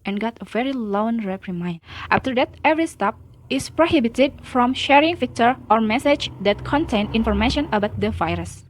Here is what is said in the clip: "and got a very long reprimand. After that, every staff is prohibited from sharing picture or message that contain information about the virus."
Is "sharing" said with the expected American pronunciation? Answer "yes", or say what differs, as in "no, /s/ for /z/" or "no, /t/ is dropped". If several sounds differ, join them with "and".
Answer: yes